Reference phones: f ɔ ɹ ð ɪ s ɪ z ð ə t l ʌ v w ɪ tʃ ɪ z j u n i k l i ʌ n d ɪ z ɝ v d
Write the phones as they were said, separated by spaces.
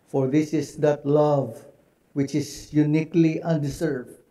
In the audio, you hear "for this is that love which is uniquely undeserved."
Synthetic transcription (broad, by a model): f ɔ ɹ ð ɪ s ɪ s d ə t l ʌ v w ɪ tʃ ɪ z j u n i k l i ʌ n d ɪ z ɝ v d